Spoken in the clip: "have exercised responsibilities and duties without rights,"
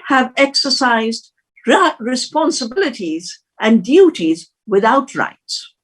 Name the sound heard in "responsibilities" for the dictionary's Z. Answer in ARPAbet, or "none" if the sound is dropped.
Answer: Z